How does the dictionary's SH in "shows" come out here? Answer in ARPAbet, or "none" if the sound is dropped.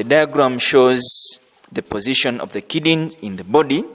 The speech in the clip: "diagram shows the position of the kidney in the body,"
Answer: SH